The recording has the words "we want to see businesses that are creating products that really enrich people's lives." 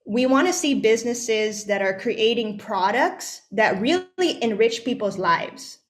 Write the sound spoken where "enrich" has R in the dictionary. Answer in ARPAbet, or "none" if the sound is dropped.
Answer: R